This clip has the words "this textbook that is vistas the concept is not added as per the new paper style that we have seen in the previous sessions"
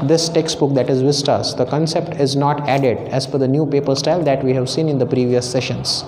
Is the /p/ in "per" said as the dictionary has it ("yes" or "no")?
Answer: no